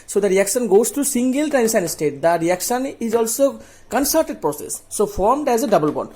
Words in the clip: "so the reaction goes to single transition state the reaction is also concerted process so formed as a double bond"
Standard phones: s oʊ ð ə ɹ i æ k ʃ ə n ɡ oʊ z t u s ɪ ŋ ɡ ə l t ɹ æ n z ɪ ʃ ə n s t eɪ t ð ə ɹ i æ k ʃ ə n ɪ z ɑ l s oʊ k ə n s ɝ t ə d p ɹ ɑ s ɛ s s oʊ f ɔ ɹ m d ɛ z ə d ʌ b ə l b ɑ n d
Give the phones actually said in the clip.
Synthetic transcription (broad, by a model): s oʊ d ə ɹ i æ k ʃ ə n ɡ oʊ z t u s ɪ ŋ ɡ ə l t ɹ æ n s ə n s t eɪ t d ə ɹ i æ k ʃ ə n ɪ z ɑ l s oʊ k ə n s ɝ t ə d p ɹ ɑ s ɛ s s oʊ f ɔ ɹ m d ɛ z ə d ʌ b ə l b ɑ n